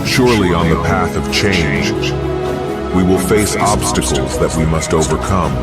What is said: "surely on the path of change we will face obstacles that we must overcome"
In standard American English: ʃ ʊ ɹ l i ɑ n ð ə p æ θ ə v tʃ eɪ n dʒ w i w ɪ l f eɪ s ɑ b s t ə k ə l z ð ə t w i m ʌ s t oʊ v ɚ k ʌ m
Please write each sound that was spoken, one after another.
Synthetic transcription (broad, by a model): ʃ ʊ ɹ l i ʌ n ð ə p æ θ ə v tʃ eɪ n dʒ w i w ɪ l f eɪ s ɑ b s t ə k l z ð ə t w i m ʌ s t oʊ v ɚ k ʌ m